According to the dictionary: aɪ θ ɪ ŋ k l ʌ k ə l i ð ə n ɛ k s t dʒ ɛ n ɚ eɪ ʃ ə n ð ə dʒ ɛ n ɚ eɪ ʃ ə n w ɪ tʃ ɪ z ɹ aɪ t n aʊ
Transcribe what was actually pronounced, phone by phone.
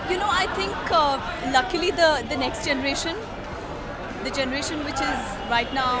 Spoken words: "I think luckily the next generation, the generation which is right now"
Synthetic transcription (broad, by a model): aɪ t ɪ ŋ k l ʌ k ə l i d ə n ɛ k s t dʒ ɛ n ɚ eɪ ʃ ə n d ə dʒ ɛ n ɚ eɪ ʃ ə n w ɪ tʃ ɪ z ɹ aɪ t n aʊ